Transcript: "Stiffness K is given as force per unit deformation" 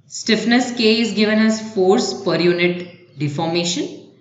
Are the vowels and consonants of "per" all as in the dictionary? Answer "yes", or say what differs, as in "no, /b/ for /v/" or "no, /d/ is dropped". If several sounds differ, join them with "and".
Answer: yes